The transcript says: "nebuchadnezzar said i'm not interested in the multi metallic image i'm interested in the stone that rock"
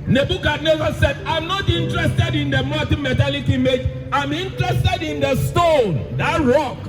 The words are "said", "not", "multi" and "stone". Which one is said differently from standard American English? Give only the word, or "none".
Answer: multi